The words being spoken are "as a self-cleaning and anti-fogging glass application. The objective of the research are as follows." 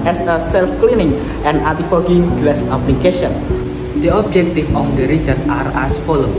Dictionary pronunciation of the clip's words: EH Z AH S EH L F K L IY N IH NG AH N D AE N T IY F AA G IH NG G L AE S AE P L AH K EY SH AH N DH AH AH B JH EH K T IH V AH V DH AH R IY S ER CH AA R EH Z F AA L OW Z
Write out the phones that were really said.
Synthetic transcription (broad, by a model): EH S AH S EH L F K L IY N IH NG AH N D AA T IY F AA G IH NG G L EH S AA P L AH K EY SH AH N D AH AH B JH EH K T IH F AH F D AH R IY S ER CH AA R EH S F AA L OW